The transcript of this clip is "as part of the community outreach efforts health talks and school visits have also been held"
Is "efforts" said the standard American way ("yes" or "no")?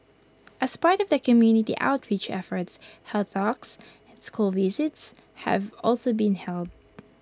yes